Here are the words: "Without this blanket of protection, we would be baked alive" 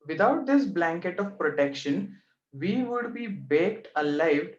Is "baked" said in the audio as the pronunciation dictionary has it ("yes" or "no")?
yes